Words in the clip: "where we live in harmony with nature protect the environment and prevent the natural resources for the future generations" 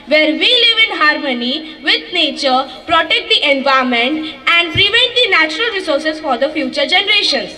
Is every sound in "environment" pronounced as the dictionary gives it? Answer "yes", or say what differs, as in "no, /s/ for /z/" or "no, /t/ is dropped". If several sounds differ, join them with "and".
no, /ɹ/ is dropped